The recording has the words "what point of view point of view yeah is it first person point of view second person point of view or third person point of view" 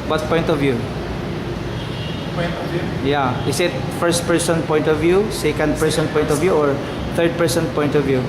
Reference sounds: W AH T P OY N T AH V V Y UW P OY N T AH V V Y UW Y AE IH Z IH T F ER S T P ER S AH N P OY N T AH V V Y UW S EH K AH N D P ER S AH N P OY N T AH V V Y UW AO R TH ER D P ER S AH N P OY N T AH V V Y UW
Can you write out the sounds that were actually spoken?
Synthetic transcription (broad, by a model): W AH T P OY N T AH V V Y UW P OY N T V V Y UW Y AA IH S IH T F ER S T P ER S AH N P OY N T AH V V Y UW S EH K AH N D P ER S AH N P OY N T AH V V Y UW AO R T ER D P ER S AH N P OY N T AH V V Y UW